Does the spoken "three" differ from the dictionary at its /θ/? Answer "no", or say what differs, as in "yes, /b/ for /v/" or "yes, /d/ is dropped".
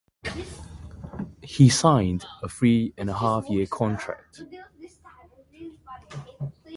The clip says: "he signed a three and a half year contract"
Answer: yes, /f/ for /θ/